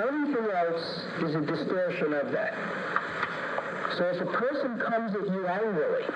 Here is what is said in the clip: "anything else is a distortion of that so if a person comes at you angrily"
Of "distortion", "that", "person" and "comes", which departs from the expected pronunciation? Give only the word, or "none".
none